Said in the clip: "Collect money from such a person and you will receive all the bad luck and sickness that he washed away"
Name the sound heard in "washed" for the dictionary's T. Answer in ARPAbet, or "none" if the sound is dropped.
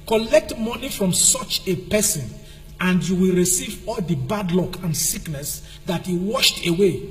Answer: T